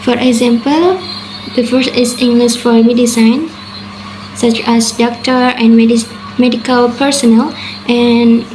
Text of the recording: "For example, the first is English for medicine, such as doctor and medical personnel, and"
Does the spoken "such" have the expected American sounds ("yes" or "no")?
yes